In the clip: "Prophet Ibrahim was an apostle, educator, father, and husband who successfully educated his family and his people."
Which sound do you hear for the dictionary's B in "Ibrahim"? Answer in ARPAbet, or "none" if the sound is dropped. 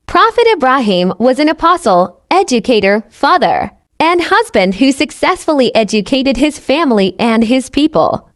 B